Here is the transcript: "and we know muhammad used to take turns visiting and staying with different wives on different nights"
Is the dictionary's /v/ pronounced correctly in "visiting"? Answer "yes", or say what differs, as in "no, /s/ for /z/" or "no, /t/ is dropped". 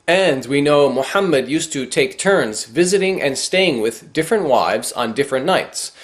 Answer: yes